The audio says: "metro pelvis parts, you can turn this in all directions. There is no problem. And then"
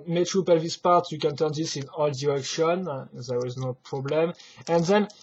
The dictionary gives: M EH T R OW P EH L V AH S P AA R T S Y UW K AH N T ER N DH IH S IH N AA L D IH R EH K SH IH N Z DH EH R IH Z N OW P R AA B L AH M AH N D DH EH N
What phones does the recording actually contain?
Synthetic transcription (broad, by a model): M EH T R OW P EH L V AH S P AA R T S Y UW K AH N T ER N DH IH S IH N AA L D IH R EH K SH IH N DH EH W IH Z N OW P R AA B L AH M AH N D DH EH N